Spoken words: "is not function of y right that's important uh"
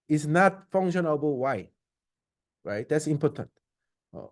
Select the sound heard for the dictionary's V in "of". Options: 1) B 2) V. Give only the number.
1